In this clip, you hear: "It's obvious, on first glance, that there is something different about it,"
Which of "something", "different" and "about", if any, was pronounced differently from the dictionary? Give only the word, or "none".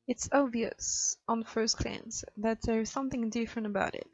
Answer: none